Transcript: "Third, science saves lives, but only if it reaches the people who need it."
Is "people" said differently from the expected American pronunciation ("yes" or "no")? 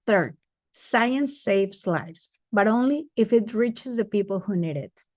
no